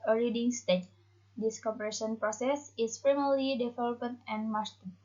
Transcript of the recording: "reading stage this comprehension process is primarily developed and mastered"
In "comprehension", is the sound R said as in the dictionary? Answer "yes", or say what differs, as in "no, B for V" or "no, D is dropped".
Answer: no, R is dropped